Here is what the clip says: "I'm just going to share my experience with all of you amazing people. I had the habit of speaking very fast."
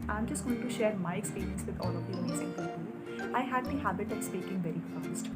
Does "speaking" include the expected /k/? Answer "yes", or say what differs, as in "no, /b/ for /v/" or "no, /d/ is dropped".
yes